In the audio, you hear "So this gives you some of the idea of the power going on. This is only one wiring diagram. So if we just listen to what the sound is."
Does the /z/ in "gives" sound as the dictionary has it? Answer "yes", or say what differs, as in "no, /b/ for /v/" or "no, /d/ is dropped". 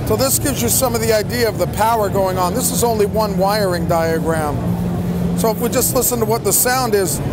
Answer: yes